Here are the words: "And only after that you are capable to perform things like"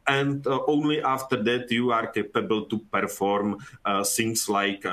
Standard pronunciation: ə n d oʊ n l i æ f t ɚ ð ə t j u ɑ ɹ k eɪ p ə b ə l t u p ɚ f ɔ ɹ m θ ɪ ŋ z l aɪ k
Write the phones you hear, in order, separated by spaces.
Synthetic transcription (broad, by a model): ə n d oʊ n l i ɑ f t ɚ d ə t j u ɑ ɹ k eɪ p ə b ə l t u p ɚ f ɔ ɹ m s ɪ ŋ s l aɪ k